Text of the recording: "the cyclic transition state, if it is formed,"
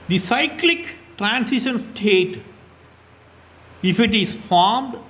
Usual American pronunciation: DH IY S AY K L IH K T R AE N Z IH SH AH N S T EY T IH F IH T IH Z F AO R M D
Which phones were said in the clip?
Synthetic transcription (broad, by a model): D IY S AY K L IH K T R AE N S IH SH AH N S T EY T IH F IH T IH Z F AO R M D